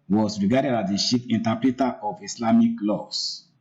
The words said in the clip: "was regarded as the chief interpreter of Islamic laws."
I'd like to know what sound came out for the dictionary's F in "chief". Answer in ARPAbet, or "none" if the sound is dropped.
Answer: P